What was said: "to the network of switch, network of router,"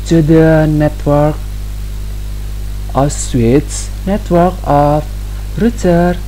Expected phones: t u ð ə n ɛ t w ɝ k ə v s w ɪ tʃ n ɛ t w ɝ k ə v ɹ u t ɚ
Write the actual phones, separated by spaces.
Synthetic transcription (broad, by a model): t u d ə n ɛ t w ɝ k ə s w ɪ s n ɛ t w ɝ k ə f ɹ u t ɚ